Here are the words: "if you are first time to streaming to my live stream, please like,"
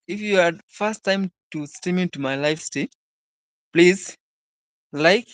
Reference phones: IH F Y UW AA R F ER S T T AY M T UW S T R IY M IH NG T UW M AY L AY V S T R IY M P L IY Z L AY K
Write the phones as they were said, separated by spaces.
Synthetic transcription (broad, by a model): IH F Y UW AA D F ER S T T AY M T UW S T IY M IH T UW M AY L AY F S T IY P L IY Z L AY K